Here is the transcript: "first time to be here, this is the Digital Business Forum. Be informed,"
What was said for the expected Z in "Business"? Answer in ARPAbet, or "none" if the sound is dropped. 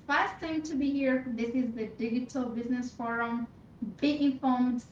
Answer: Z